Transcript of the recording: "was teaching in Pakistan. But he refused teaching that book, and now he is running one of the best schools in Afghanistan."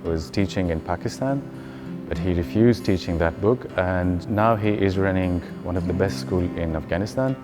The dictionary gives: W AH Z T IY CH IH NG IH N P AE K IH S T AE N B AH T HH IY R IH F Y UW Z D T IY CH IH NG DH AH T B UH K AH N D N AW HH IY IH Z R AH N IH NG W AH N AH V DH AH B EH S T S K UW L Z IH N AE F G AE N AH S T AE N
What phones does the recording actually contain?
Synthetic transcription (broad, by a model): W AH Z T IY CH IH NG IH N P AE K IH S T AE N B AH T HH IY R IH F Y UW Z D T IY CH IH NG DH AH T B UH K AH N N AW HH IY IH Z R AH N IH NG W AH N AH V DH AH B EH S T S K UW L IH N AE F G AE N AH S T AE N